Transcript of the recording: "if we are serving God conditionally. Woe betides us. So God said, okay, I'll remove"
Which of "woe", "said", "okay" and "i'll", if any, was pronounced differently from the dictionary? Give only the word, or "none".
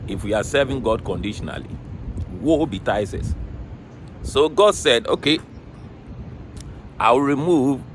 i'll